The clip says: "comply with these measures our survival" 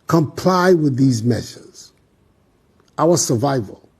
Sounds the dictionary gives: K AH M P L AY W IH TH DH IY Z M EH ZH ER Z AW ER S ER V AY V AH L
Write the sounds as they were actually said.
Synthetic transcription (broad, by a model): K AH M P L AY W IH DH IY Z M EH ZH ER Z AW ER S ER V AY V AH L